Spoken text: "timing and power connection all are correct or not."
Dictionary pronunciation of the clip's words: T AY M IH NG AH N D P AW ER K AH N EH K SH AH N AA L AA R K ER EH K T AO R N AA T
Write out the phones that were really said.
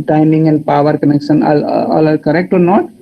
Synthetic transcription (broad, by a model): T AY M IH NG AH N D P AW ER K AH N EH K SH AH N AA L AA L K ER EH K T AO R N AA T